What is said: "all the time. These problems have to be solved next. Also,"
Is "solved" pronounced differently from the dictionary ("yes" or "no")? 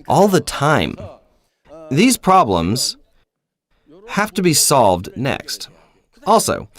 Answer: no